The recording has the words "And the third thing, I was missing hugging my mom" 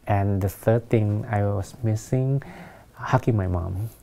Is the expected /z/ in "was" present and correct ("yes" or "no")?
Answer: no